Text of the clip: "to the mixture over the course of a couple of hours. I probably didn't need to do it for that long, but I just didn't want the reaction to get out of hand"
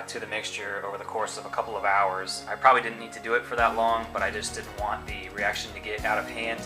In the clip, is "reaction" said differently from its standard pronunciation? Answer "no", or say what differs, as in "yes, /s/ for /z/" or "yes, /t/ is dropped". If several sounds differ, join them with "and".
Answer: no